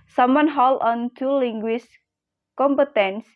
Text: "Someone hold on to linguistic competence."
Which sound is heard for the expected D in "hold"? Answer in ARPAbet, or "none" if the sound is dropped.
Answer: none